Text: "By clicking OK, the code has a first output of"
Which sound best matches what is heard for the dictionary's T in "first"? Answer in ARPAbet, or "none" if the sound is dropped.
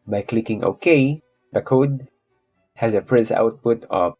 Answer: none